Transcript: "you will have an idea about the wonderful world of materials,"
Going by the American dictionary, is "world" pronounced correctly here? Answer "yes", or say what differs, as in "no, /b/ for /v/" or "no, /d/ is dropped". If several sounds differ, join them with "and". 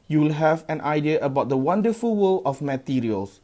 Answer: no, /d/ is dropped